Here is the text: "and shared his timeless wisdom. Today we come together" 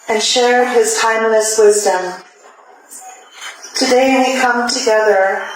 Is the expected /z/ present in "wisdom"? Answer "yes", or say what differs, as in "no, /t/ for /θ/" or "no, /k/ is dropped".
yes